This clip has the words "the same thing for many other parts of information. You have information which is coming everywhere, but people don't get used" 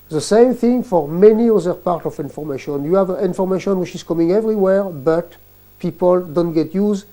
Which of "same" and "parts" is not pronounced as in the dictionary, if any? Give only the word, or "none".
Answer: parts